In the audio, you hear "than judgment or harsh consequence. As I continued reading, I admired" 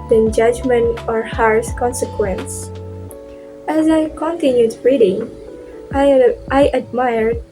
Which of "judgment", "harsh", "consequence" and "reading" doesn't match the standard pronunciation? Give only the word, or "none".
harsh